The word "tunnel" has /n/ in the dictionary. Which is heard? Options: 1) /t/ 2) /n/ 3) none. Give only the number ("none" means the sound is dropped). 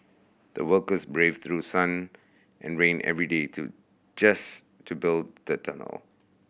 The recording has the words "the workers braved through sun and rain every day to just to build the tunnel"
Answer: 2